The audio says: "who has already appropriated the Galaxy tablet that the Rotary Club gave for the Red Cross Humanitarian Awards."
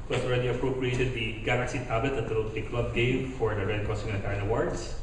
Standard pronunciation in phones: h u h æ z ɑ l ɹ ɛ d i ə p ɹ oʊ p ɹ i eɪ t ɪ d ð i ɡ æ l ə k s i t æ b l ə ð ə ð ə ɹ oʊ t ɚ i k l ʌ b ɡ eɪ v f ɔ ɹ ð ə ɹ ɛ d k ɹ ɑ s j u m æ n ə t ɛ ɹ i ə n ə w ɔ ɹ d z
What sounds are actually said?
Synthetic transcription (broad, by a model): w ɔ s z ɑ l ɹ ɛ d i ə p ɹ oʊ p ɹ i eɪ t ɪ d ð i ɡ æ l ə k s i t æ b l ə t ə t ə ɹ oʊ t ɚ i k l ʌ b ɡ eɪ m f ɔ ɹ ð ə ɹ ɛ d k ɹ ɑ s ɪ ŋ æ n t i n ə w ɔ ɹ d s